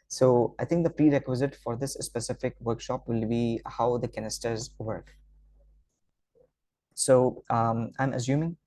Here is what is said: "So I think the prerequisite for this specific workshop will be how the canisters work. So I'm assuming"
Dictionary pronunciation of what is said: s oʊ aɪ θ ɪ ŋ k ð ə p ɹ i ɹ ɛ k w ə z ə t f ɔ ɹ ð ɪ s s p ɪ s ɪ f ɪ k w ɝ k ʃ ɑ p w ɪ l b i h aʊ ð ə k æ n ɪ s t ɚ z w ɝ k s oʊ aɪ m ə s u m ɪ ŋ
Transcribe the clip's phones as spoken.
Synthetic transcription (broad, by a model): s oʊ aɪ t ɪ ŋ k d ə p ɹ i ɹ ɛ k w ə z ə t f ɔ ɹ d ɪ s s p ɪ s ɪ f ɪ k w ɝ k ʃ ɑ p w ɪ l b i h aʊ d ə k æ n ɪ s t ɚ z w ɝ k s oʊ aɪ m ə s u m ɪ ŋ